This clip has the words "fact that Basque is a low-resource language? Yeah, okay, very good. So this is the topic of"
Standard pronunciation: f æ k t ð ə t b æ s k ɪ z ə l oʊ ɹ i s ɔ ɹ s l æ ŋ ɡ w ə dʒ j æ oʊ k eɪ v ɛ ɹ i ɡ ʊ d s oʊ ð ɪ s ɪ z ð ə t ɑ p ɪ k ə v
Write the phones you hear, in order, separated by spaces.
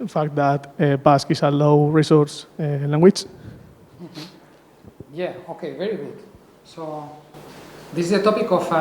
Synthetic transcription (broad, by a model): f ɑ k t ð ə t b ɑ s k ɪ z ə l oʊ ɹ i s ɔ ɹ s l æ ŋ ɡ w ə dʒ j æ oʊ k eɪ v ɛ ɹ i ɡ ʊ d s oʊ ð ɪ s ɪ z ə t ɑ p ɪ k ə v